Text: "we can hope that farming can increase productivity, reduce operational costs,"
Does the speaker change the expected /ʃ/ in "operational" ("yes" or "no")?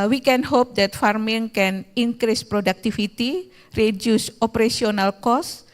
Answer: yes